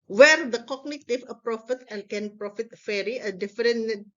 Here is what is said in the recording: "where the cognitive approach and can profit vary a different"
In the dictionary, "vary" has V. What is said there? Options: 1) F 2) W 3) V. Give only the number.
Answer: 1